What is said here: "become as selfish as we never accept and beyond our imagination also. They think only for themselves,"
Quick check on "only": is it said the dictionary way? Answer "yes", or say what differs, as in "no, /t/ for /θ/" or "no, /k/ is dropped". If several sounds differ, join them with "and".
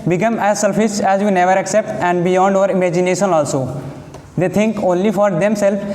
yes